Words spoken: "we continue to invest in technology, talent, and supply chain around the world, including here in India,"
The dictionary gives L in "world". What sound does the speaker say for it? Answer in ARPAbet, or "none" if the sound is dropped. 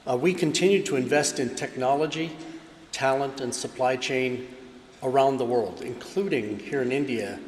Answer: L